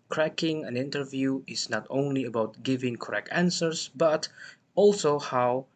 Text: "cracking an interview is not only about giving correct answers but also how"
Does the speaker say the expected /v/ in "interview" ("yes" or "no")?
yes